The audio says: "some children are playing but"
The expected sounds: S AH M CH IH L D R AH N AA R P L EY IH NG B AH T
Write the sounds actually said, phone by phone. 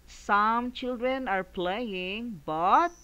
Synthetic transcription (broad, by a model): S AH M CH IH L D R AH N AA R P L EY IH NG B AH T